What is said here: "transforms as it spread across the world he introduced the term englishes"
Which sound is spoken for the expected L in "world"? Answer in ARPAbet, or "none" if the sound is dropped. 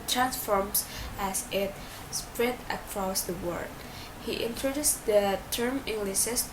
none